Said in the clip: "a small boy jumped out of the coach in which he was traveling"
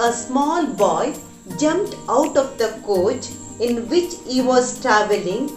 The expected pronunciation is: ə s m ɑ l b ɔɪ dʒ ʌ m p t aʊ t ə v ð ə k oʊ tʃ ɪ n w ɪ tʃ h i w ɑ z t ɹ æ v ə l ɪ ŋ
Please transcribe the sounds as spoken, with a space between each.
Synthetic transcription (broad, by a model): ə s m ɑ l b ɔɪ dʒ ʌ m p t aʊ t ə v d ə k oʊ tʃ ɪ n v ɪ tʃ h i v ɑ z t ɹ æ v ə l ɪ ŋ